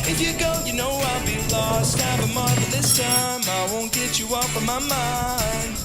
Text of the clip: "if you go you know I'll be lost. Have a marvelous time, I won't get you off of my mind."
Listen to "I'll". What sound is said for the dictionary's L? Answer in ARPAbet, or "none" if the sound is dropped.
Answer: L